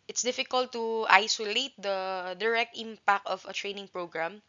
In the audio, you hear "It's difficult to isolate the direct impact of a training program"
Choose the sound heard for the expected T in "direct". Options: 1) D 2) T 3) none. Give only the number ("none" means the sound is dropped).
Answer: 2